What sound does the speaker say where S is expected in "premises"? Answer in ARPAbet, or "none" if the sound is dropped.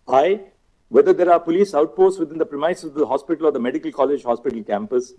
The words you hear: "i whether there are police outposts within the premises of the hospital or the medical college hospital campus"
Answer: none